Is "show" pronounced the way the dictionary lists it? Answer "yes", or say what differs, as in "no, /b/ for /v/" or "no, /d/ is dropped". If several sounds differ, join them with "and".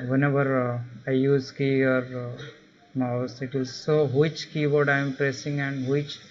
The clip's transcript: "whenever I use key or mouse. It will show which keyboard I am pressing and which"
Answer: no, /s/ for /ʃ/